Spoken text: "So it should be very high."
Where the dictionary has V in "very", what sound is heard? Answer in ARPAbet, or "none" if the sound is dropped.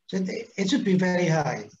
V